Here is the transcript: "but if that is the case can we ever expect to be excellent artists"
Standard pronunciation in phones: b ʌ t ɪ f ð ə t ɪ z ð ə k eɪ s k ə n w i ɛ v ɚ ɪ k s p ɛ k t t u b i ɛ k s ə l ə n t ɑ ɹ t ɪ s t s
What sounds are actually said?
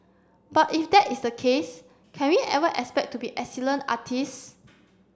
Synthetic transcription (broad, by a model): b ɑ t ɪ f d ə t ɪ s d ə k eɪ s k ə n w i ɛ v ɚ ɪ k s p ɛ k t t u b i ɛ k s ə l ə n ɑ t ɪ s s